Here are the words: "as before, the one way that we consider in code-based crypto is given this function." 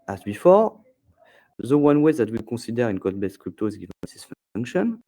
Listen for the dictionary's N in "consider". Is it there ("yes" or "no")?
no